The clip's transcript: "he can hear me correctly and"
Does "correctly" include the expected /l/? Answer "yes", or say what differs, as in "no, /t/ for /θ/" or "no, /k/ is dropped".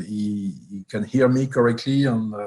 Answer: yes